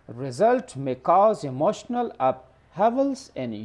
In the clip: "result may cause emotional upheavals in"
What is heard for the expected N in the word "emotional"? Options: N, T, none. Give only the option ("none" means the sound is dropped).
N